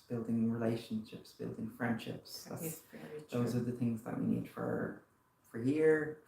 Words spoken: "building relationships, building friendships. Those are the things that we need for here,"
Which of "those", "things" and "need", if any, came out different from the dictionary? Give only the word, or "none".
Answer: none